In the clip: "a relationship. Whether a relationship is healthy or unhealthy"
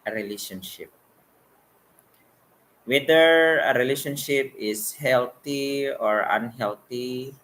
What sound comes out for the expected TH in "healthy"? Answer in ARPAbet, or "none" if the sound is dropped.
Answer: T